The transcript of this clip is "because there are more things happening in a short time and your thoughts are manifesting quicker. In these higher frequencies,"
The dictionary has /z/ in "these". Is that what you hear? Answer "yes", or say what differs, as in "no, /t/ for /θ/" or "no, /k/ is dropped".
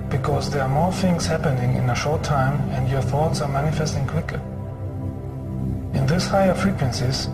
no, /s/ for /z/